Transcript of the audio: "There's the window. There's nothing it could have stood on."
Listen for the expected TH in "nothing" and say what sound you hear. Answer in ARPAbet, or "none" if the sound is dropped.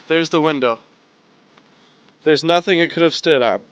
TH